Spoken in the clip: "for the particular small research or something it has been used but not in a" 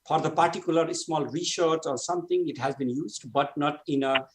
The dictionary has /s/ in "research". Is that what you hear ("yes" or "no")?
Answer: no